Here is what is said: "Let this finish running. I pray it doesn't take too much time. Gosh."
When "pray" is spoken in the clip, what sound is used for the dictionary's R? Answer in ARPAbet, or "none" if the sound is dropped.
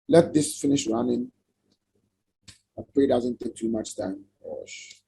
none